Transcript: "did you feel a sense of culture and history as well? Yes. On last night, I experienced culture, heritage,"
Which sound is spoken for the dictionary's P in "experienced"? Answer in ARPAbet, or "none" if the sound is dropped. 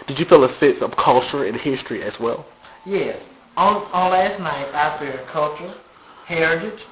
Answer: F